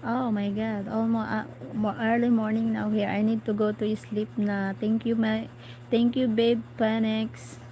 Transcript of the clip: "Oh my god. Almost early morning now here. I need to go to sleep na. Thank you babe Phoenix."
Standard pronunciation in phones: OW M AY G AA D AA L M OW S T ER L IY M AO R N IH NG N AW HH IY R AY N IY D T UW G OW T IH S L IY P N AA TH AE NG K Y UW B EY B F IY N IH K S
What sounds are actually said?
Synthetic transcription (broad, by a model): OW M AY G AA D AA L M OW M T ER L IY M AO R N IH NG N AW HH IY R AY N IY D T UW G OW T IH S L IY P N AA T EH NG K Y UW B EY B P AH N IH K S